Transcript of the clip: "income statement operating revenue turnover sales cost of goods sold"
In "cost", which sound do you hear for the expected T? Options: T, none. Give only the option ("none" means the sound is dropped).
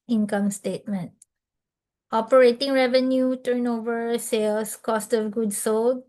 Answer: T